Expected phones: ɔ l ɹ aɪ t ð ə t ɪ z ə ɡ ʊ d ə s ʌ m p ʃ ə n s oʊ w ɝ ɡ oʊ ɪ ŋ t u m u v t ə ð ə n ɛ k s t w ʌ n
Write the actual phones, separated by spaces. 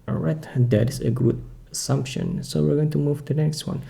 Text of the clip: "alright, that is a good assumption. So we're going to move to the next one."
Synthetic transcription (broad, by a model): ɹ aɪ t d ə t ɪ s ə ɡ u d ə s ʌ m p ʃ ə n s oʊ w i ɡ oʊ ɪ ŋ t u m u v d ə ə n ɛ k s t w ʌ n